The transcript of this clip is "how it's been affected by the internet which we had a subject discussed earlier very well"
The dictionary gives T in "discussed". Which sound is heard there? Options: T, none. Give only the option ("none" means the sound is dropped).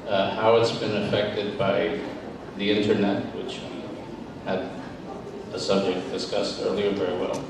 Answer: T